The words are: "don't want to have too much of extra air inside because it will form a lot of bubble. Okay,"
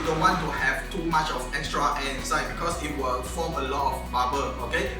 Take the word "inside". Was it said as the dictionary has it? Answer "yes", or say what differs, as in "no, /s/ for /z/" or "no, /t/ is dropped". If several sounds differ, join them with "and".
no, /n/ is dropped